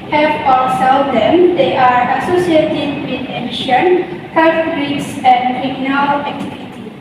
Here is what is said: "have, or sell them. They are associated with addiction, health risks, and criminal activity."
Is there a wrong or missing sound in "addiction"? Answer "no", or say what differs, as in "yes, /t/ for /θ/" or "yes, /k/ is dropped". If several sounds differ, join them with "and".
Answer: yes, /k/ is dropped